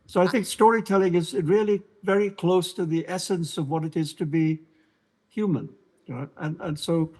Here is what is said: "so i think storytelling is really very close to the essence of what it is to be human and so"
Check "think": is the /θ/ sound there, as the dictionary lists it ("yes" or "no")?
yes